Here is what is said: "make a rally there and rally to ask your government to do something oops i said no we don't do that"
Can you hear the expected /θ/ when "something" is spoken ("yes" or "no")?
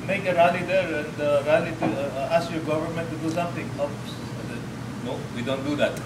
no